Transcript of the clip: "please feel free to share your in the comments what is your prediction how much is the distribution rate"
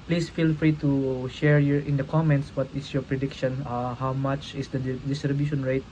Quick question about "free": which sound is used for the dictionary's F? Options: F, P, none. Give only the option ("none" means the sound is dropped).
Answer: F